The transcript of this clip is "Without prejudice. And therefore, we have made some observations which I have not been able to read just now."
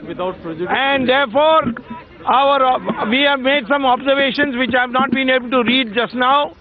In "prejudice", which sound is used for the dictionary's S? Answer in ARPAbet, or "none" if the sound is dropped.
none